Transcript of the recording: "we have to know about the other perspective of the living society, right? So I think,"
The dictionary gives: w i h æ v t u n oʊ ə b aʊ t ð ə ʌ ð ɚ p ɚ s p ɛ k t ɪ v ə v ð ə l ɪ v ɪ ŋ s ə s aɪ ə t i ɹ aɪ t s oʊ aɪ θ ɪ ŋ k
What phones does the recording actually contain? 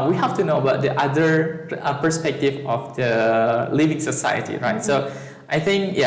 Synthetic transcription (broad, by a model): w i h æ f t u n oʊ ə b aʊ t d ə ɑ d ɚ p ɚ s p ɛ k t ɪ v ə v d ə l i v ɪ ŋ s ə s aɪ ə t i ɹ aɪ t s oʊ aɪ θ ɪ ŋ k